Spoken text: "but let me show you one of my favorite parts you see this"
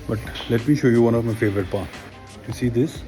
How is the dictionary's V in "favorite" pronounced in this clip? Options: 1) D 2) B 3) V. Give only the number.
3